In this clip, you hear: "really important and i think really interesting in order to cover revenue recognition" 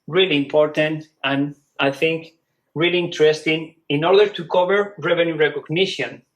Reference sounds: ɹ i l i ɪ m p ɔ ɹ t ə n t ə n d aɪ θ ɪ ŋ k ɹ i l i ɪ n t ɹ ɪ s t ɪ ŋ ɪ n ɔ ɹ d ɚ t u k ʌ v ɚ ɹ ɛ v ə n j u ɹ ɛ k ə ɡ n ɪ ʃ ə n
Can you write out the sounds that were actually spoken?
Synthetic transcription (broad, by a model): ɹ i l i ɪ m p ɔ ɹ t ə n t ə n aɪ θ ɪ ŋ k ɹ i l i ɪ n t ɹ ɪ s t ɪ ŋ ɪ n ɔ ɹ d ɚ t u k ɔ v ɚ ɹ ɛ v ə n j u ɹ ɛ k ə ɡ n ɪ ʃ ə n